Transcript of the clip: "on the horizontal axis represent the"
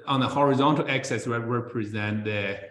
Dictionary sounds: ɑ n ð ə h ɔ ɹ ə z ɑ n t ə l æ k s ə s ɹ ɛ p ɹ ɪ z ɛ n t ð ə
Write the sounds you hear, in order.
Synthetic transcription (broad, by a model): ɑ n ð ə h ɔ ɹ ə z ɑ n t ə l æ k s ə s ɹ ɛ p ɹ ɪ z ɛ n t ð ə